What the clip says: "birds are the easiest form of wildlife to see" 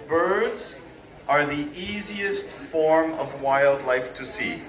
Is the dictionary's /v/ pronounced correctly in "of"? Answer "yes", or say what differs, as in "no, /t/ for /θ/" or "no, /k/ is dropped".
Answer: yes